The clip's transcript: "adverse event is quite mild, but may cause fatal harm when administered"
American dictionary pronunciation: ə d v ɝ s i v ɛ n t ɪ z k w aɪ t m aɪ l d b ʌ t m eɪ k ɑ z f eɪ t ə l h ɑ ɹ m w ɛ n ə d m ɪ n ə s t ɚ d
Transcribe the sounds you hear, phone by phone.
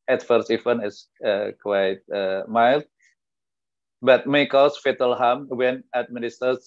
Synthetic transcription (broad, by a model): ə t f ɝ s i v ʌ n ɪ s k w aɪ t m aɪ l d b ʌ t m eɪ k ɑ s f eɪ t ə l h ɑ m w ɛ n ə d m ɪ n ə s t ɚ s